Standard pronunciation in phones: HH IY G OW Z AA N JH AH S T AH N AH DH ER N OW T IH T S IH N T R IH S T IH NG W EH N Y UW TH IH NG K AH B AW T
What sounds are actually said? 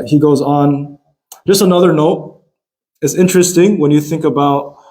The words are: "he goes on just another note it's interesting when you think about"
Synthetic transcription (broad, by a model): HH IY G OW Z N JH AH S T AH N AH DH ER N OW T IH T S IH N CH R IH S T IH NG W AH N Y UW TH IH NG K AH B AW T